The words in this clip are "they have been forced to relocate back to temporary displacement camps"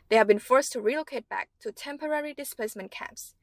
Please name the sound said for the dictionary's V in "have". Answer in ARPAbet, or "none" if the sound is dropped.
V